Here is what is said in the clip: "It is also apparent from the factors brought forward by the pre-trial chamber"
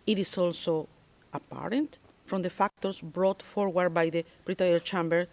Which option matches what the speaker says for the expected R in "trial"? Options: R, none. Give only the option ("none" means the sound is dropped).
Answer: none